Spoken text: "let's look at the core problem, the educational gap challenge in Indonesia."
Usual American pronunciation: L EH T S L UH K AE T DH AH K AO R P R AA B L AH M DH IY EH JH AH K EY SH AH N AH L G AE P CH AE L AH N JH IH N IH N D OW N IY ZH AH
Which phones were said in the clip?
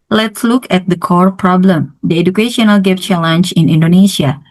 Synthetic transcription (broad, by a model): L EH T S L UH K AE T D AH K AO R P R AA B L AH M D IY EH JH AH K EY SH AH N AH L G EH F CH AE L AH N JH IH N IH N D OW N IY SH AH